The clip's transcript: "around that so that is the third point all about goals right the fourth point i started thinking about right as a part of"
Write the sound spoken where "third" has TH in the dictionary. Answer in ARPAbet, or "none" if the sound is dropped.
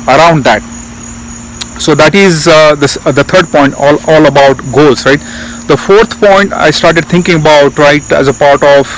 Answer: S